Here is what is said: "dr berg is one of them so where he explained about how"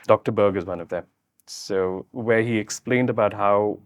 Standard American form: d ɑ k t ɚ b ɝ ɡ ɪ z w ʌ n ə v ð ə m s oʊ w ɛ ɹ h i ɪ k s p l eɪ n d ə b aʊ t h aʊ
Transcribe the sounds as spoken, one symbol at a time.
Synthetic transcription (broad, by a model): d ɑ k t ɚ b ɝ ɡ ɪ z w ʌ n ə v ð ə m s oʊ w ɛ ɹ h i ɪ k s p l eɪ n d ə b aʊ t h aʊ